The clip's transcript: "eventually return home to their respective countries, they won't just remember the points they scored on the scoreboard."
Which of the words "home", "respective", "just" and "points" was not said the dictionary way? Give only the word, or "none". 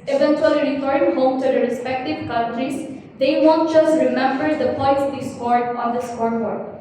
points